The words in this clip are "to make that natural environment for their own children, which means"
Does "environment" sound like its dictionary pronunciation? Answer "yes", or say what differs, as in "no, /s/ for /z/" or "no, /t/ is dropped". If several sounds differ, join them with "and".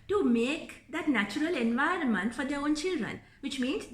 yes